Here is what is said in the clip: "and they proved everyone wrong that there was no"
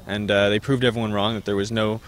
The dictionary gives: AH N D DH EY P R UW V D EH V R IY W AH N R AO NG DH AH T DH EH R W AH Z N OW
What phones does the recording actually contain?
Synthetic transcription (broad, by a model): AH N DH EY P R UW V D EH V R IY W AH N R AO NG DH AH T DH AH R W AH Z N OW